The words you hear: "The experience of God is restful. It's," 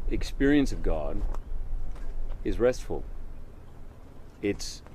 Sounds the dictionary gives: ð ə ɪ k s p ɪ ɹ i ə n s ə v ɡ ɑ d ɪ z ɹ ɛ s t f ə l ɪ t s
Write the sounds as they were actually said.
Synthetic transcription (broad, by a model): ɪ k s p ɪ ɹ i ə n s ə v ɡ ɑ d ɪ z ɹ ɛ s t f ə l ɪ t s